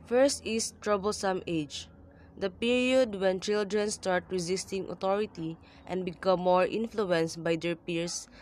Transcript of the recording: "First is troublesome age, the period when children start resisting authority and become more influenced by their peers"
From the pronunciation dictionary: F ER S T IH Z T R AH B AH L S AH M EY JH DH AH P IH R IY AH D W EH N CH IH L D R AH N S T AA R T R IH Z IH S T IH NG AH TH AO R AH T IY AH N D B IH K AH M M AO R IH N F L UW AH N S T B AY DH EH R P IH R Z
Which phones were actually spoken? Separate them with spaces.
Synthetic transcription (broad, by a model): F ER S T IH S T R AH B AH L S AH M EY JH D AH P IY R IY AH D W EH N CH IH L D R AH N S T AA R T R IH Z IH S T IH NG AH T AO R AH T IY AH N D B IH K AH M M AO R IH N F L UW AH N S T B AY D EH R P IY R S